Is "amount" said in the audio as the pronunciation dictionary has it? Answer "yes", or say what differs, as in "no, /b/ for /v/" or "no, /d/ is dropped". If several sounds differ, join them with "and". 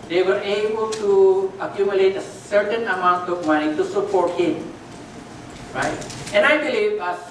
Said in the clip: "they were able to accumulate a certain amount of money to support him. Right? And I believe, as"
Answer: yes